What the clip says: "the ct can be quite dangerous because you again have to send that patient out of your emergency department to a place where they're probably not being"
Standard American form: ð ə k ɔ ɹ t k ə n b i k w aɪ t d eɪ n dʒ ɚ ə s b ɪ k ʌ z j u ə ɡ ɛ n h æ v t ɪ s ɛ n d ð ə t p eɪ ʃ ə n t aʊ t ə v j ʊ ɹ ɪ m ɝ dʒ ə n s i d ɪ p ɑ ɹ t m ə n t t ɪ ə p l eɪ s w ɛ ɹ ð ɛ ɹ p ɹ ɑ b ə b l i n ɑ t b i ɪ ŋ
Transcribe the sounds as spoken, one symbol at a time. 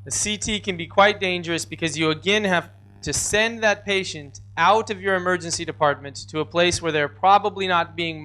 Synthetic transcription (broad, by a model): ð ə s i t k ə n b i k w aɪ t d eɪ n dʒ ɚ ə s b ɪ k ʌ z j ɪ ə ɡ ɛ n h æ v t ɪ s ɛ n ð ə t p eɪ ʃ ə n t aʊ t ə v j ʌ ɹ ɪ m ɝ dʒ ə n s i d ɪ p ɑ ɹ t m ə n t t ɪ ə p l eɪ s w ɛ ɹ ð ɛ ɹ p ɹ ɑ b ə b l i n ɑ t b i ɪ ŋ